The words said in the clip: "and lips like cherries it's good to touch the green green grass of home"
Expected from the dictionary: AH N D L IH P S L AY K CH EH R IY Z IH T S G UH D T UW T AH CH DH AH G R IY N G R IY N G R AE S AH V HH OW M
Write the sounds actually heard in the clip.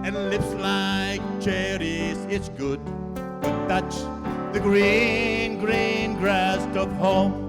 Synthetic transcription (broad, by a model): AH N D L IH P S L AY K CH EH R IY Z IH T S G UH D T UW T AH CH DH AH G R IY N G R IY N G R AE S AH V HH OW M